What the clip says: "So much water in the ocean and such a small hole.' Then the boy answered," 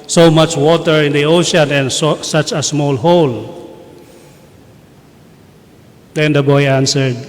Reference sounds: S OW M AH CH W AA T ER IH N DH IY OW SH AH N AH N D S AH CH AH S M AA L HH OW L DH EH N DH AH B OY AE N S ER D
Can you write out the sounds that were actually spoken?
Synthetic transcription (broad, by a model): S OW M AH CH W AA T ER IH N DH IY OW SH AH N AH N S S AH CH AH S M AA L HH OW L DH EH N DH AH B OY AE N S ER D